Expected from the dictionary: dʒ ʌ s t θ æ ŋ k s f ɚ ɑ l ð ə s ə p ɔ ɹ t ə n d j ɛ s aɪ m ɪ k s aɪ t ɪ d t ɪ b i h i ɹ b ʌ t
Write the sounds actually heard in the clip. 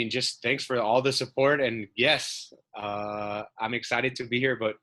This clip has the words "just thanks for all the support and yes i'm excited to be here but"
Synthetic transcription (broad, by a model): dʒ ʌ s t θ æ ŋ k s f ɚ ɑ l ð ə s ə p ɔ ɹ t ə n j ɛ s aɪ m ɪ k s aɪ t ɪ d t ɪ b i h i ɹ b ʌ t